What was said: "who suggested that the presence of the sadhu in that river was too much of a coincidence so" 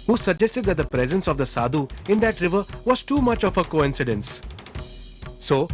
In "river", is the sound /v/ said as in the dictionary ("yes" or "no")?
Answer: yes